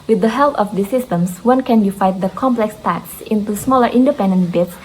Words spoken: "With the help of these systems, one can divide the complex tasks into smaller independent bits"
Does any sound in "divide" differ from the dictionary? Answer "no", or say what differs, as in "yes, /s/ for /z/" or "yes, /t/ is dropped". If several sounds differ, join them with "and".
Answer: yes, /f/ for /v/